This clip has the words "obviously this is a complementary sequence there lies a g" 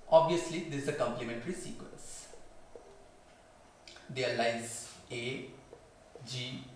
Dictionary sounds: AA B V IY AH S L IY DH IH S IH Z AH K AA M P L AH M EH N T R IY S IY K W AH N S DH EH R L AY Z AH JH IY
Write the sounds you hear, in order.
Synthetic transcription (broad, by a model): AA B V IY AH S L IY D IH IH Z AH K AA M P L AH M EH N T R IY S IY K W AH N S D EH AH L AY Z AH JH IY